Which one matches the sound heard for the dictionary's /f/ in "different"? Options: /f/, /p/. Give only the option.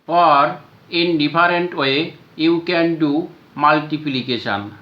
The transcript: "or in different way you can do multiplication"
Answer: /p/